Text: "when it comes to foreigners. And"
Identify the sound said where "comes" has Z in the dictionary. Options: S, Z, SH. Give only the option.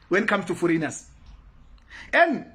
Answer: S